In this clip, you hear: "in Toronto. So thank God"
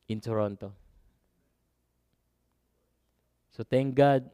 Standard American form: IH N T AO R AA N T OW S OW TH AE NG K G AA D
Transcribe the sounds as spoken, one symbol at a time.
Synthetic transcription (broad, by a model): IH N T AO R AA N T OW S OW T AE NG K G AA D